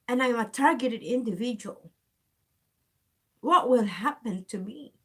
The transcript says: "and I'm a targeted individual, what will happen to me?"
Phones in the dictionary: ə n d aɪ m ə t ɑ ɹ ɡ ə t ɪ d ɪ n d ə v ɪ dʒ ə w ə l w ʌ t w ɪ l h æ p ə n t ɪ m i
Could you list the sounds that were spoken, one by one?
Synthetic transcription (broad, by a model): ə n aɪ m ə t ɑ ɹ ɡ ə t ɪ d ɪ n d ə v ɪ dʒ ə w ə l w ʌ t w ɪ l h æ p ə n t ɪ m i